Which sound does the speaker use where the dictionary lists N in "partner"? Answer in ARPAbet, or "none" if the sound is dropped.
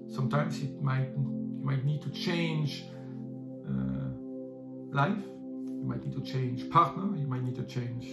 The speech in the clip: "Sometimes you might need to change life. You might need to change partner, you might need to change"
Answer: N